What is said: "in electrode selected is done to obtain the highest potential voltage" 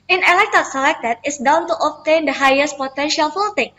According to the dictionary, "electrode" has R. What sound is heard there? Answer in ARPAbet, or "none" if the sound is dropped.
none